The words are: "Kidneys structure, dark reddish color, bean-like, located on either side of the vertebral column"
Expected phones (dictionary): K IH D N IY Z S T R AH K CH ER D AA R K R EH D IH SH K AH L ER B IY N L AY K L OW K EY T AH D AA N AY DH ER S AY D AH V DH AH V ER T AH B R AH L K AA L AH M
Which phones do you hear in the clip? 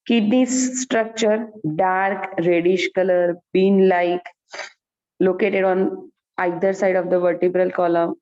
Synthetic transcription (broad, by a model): K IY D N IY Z S T R AH K CH ER D AA R K R EH D IH SH K AH L ER B IY N L AY K L OW K EY T AH D AA N AY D ER S AY D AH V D AH V ER T AH B R AH L K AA L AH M